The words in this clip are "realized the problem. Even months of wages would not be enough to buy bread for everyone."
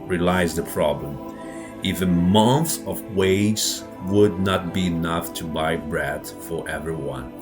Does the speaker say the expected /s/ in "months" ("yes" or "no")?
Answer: no